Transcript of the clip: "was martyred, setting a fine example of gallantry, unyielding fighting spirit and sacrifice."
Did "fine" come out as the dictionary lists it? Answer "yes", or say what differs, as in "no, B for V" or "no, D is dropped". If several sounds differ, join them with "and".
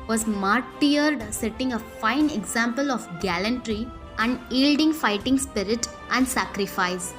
yes